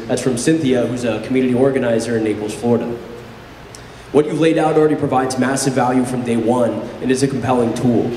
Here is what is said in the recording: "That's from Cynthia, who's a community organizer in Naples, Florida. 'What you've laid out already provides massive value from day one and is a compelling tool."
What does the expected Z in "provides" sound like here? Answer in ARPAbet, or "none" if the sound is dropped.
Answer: Z